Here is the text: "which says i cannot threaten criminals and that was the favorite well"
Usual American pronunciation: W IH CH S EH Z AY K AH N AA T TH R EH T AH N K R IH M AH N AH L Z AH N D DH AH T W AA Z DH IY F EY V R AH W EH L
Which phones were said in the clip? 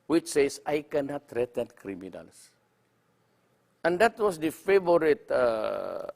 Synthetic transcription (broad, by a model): W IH CH S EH S AY K AH N AA T R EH T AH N K R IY M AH N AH L S AH N D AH T W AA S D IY F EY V R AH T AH